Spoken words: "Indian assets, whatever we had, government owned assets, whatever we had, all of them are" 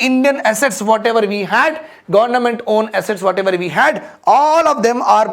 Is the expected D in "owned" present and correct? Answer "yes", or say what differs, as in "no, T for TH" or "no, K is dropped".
no, D is dropped